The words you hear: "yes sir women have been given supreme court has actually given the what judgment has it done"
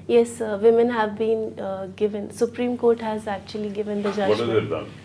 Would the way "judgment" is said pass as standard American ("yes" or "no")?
no